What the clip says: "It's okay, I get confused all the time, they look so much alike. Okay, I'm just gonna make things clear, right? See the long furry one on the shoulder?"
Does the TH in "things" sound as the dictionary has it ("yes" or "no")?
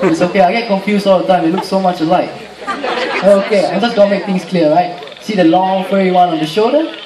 no